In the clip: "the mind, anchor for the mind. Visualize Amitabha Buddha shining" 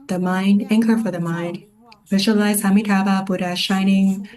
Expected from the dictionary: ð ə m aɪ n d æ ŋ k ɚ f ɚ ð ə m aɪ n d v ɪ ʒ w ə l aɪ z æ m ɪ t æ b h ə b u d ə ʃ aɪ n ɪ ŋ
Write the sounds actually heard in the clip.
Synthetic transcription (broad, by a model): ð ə m aɪ n d æ ŋ k ɚ f ɚ ð ə m aɪ n d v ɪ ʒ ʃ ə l aɪ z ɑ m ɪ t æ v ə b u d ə ʃ aɪ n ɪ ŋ